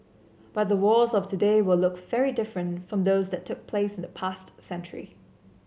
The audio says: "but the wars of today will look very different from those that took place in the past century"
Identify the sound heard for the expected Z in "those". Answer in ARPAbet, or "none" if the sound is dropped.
Z